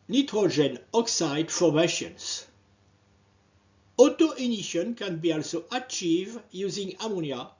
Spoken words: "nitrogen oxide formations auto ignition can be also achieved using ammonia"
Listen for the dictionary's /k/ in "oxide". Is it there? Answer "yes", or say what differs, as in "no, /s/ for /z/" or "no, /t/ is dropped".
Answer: yes